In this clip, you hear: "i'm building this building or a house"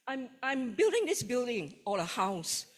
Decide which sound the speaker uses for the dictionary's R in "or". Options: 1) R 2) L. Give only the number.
2